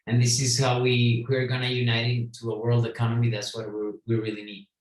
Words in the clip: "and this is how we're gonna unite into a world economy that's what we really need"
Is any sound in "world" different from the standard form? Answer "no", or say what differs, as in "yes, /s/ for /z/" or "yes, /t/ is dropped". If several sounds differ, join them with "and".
no